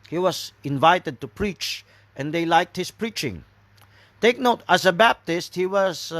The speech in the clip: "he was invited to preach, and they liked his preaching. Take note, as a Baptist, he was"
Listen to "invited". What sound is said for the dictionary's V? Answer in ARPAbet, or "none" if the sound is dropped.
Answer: V